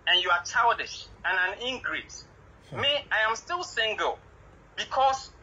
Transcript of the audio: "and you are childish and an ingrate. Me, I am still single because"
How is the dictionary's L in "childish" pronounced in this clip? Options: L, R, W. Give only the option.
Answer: W